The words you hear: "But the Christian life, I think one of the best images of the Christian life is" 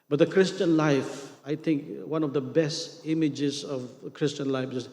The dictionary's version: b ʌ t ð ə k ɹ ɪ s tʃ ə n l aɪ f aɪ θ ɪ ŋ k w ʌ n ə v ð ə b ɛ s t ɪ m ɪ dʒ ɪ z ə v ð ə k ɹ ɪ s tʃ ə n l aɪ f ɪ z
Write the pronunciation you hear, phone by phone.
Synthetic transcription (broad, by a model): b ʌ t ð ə k ɹ ɪ s tʃ ə n l aɪ f aɪ t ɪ ŋ k w ʌ n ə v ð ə b ɛ s t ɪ m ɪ dʒ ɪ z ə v k ɹ ɪ s tʃ ə n l aɪ f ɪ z